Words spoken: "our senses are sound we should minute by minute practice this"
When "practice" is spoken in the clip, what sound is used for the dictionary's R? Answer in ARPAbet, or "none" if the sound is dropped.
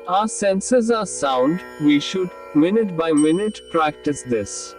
R